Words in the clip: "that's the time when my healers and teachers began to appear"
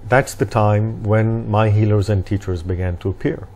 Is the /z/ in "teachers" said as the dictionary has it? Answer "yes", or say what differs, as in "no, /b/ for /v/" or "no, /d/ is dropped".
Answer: yes